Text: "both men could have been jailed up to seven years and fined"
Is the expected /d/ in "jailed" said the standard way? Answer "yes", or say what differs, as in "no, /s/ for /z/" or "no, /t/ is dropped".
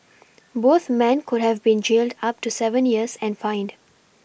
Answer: yes